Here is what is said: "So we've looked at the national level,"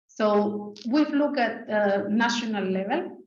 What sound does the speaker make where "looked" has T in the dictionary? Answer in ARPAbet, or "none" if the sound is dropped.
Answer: none